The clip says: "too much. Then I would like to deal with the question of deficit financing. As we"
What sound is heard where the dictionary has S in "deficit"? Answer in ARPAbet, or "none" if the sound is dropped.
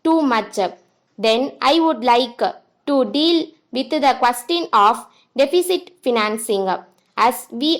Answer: S